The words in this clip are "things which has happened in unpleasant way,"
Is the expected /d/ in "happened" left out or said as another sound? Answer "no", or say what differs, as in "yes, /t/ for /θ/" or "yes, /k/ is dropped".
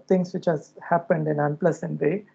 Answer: no